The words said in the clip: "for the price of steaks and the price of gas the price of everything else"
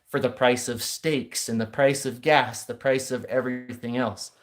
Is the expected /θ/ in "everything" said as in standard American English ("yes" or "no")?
yes